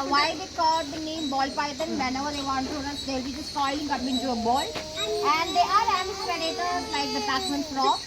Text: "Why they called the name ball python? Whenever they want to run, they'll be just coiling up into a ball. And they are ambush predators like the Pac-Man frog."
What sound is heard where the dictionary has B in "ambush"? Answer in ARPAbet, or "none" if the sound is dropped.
none